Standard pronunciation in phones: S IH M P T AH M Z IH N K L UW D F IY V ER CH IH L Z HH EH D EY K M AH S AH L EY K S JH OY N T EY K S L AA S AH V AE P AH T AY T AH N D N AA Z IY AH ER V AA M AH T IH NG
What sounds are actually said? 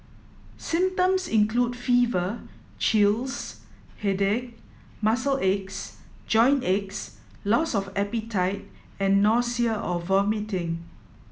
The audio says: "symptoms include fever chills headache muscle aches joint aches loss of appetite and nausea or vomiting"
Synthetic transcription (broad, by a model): S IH M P T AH M S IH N K L UW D F IY V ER CH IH L S HH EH D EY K M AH S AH L EY K S JH OY N EY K S L AA S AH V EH P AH T AY T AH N N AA S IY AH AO V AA M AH T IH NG